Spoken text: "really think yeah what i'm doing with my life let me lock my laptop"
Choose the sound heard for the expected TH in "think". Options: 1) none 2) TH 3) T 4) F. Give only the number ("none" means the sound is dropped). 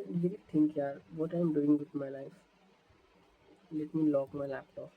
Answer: 3